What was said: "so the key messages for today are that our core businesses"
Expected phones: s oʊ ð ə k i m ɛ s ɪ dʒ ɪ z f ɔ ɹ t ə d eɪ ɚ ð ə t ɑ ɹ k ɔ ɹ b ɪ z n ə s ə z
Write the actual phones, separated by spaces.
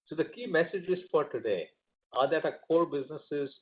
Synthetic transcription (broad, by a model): s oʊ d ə k i m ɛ s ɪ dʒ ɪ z f ɔ ɹ t ə d eɪ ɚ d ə t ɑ k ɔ l b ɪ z n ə s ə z